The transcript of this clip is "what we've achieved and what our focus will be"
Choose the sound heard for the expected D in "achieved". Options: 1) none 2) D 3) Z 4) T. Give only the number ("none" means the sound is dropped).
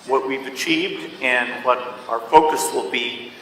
1